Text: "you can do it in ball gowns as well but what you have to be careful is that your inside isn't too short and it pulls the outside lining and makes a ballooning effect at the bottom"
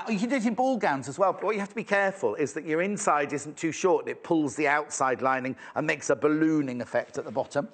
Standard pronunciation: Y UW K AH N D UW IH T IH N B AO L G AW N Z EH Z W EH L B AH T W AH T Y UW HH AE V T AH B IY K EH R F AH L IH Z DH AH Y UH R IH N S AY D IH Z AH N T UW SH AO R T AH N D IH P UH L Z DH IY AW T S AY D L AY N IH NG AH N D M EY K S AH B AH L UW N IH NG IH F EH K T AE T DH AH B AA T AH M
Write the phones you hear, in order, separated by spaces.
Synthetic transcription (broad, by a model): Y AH K AH N D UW IH T IH N B AO L G AW N Z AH Z W EH L B AH T W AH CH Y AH HH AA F T AH B IY K EH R F AH L IH Z DH AH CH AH R IH N S AY D IH Z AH N T UW SH AO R T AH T P UH L Z DH IY AW T S AY D L AY N IH NG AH N M EY K S AH B AH L UW N IH NG IH F EH K T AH T DH AH B AA T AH M